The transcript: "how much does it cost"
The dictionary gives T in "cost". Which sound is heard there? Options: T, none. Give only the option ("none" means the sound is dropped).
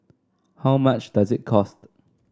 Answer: T